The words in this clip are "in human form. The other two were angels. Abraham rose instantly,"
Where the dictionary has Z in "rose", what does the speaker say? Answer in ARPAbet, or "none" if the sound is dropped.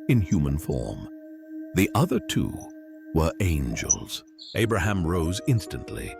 Z